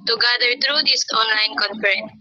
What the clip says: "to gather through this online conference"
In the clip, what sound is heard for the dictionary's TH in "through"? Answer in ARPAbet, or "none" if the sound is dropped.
T